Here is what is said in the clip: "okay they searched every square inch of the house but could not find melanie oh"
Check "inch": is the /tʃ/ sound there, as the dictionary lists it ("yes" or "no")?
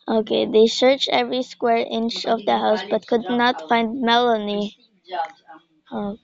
yes